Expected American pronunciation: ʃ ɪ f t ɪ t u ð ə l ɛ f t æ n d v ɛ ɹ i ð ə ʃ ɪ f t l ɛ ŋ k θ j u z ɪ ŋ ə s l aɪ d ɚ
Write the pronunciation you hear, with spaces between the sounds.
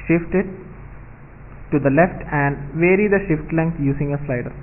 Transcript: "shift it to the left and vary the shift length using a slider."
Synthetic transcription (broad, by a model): ʃ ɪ f t ɪ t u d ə l ɛ f t æ n d v ɛ ɹ i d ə ʃ ɪ f t l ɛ ŋ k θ j u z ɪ ŋ ə s l aɪ d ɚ